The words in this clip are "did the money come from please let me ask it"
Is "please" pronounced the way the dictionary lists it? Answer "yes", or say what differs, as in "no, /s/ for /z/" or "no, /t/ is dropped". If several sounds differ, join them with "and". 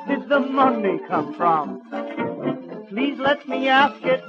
yes